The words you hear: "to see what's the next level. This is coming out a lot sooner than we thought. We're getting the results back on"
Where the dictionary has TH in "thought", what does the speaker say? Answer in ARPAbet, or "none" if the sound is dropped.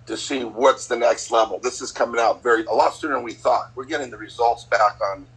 TH